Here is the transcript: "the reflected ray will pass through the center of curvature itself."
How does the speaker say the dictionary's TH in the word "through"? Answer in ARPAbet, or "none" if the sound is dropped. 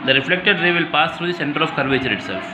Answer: T